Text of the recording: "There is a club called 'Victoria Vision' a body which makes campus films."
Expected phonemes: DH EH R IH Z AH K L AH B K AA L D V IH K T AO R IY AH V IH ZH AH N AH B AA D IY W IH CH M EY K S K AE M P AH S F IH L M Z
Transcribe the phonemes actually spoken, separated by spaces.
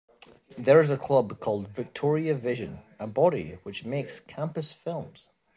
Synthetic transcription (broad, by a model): DH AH R IH Z AH K L AH B K AA L D V IH K T AO R IY AH V IH ZH AH N AH B AA D IY W IH CH M EY K S K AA M P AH S F IH L M Z